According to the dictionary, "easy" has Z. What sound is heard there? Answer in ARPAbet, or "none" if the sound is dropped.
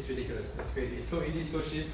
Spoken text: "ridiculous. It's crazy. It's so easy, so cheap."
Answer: Z